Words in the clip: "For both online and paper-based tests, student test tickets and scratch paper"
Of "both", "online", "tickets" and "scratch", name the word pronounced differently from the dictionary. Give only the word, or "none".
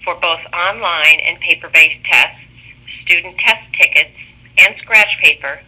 none